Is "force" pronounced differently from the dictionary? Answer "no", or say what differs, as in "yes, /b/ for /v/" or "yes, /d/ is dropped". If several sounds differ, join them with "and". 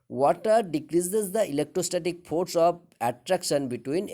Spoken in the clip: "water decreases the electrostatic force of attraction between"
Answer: yes, /p/ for /f/